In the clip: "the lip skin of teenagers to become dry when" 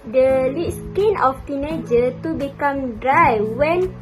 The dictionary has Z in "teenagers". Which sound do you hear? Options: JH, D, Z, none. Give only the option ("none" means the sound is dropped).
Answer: none